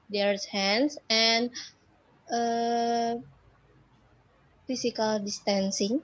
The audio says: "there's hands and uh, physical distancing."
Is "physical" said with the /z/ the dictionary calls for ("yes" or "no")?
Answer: no